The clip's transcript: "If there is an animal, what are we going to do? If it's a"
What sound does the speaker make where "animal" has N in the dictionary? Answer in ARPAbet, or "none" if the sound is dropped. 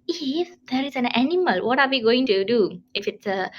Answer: N